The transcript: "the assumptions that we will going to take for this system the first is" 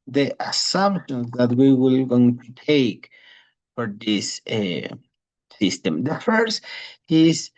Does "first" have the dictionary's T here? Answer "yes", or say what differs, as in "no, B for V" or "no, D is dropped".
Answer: no, T is dropped